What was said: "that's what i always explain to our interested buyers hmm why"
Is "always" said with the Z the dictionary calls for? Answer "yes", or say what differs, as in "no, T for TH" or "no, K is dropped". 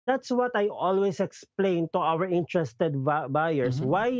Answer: no, S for Z